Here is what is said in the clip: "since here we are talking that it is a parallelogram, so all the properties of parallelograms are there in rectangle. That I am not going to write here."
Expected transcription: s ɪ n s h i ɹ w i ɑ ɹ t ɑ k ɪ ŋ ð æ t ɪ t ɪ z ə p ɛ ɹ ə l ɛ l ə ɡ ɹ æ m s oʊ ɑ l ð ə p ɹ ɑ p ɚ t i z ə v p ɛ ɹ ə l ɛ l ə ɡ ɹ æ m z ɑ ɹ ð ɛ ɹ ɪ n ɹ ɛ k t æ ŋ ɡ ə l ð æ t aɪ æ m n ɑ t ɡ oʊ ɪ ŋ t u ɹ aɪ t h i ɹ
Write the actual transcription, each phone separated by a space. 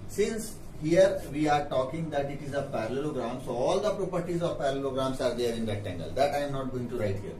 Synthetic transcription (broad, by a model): s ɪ n s h i ɹ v i ɑ ɹ t ɑ k ɪ ŋ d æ t ɪ t ɪ z ə p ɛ ɹ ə l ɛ l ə ɡ ɹ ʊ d s oʊ ɑ l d ə p ɹ ɑ p ɚ t i z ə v p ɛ ɹ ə l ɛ l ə ɡ ɹ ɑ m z ɑ ɹ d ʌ ɹ ɪ n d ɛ t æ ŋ ɡ ə l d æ t aɪ m n ɑ t ɡ oʊ ɪ ŋ t u ɹ aɪ t h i ɹ